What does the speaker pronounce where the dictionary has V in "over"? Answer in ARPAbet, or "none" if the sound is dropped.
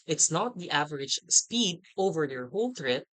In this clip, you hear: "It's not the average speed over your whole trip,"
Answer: V